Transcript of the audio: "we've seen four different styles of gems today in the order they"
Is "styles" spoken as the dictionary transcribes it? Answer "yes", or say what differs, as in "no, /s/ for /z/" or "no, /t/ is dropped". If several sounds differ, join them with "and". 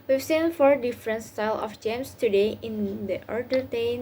no, /z/ is dropped